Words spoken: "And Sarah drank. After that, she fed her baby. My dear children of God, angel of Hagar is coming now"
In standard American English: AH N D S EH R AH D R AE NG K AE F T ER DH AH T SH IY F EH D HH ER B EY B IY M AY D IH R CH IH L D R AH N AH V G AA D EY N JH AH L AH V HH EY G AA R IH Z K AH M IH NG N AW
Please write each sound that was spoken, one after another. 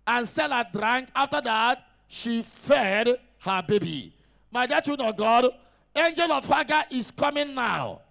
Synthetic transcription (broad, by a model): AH N S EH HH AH D R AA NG K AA F T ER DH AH T SH IY F EH D HH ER B EY B IY M AY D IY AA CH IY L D AH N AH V G AA D EY N JH AH L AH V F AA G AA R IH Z K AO M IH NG N AW